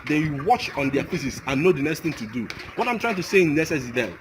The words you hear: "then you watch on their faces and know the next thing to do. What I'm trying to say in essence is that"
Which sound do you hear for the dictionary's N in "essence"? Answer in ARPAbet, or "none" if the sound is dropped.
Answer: none